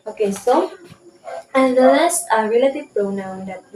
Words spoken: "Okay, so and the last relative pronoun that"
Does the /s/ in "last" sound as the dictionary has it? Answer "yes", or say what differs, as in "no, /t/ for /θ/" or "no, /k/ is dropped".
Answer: no, /s/ is dropped